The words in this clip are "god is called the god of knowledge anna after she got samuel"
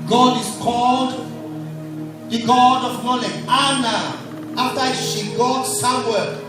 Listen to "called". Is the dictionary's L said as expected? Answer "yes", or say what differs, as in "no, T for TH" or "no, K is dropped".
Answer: yes